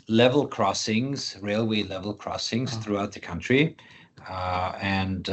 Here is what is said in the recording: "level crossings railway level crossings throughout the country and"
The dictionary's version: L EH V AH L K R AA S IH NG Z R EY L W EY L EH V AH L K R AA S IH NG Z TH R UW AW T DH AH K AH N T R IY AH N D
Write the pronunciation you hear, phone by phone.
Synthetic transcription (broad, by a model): L EH V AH L K R AA S IH NG Z R EY L W EY L EH V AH L K R AA S IH NG Z TH R UW AW T DH AH K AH N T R IY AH N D